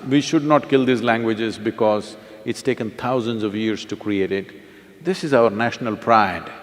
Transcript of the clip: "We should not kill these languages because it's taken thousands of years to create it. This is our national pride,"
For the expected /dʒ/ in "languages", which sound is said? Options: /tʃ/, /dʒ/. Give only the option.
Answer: /dʒ/